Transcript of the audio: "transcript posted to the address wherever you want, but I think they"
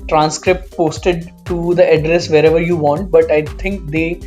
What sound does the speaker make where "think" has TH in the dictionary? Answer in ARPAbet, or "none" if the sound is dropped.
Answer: T